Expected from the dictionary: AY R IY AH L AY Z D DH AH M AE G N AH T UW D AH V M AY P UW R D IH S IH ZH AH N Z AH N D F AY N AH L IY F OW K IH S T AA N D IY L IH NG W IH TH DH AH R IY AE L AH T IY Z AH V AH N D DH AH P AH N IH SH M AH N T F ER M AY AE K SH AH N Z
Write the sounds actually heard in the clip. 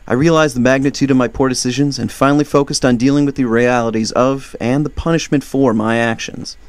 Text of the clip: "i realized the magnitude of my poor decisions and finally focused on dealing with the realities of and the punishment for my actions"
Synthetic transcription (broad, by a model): AY R IY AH L AY Z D DH AH M AE G N AH T UW D AH V M AY P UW R D IH S IH ZH AH N Z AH N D F AY N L IY F OW K IH S T N D IY L IH NG W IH DH AH R IY AE L AH T IY Z AH V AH N DH AH P AH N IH SH M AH N T F ER M AY AE K SH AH N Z